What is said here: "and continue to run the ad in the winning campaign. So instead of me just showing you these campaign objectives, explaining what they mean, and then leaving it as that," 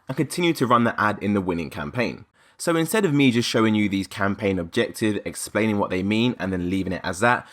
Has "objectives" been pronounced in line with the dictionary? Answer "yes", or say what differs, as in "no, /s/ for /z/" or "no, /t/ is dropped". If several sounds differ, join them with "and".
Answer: no, /z/ is dropped